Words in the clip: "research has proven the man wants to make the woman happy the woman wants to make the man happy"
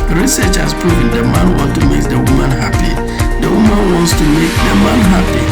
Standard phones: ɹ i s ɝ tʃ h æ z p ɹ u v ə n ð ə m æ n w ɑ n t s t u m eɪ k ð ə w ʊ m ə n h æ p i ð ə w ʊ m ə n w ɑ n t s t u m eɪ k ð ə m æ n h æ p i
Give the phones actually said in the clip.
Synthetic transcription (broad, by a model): ɹ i s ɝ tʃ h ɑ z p u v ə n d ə m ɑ n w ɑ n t t u m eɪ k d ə w ʊ m ə n h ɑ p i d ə w ʊ m ə n w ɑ n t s t u m eɪ k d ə m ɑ n h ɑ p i